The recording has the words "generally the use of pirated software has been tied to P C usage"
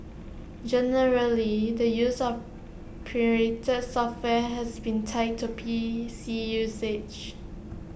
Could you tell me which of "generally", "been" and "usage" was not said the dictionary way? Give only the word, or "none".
usage